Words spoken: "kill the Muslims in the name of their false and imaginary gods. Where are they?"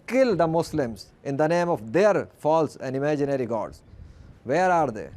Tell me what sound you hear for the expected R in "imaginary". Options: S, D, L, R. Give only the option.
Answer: R